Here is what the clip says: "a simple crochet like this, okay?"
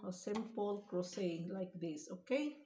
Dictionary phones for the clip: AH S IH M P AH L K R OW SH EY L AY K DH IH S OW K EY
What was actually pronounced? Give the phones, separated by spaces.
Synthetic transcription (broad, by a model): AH S IH M P AH L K R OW S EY L AY K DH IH S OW K EY